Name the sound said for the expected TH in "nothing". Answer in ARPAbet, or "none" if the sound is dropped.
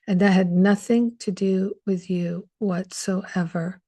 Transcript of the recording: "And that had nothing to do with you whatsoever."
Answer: TH